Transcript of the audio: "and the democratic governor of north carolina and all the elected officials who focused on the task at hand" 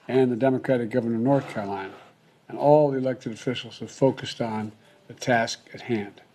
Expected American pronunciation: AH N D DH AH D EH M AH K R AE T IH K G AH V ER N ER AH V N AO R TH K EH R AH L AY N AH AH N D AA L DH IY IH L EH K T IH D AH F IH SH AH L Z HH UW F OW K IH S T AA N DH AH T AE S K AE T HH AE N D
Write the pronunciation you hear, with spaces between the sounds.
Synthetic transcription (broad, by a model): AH N DH AH D EH M AH K R AE T IH K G AH V ER N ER AH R N AO R TH K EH R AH L AY N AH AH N AA L DH IY IH L EH K T IH D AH F IH SH L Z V F OW K IH S T N DH AH T AE S K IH T HH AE N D